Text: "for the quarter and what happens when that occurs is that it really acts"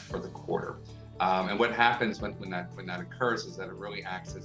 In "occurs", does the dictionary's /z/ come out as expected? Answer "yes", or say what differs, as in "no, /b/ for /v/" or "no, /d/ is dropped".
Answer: yes